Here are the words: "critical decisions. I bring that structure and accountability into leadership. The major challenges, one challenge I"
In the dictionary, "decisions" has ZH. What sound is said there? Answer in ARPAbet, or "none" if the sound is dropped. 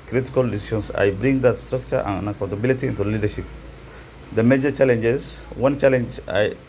SH